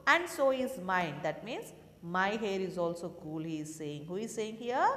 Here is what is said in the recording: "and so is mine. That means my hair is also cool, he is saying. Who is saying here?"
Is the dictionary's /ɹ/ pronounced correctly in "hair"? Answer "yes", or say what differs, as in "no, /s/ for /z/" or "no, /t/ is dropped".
yes